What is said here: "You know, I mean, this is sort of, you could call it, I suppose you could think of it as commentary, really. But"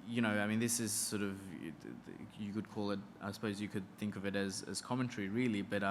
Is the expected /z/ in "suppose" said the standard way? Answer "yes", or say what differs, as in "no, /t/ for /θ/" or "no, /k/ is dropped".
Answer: yes